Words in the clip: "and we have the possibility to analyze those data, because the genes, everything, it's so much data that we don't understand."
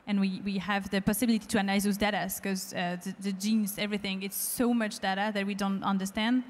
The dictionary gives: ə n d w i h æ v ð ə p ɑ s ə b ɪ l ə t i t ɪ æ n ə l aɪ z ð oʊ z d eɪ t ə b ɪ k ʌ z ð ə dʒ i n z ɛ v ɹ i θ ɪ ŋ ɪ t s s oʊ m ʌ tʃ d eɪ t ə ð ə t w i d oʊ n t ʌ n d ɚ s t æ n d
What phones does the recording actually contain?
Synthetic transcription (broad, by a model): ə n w w i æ v ð ə p ɑ s ə b ɪ l ə t i t ɪ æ n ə ɪ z ð oʊ z d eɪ t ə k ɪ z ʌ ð ð ə dʒ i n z ɛ v ɹ i θ ɪ ŋ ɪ t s s oʊ m ʌ tʃ d eɪ t ə ð ə t w i d oʊ n t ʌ n d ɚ s t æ n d